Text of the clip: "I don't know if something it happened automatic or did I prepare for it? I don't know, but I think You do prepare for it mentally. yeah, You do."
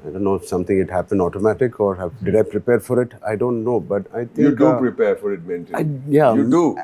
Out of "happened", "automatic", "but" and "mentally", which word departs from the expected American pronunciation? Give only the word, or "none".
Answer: mentally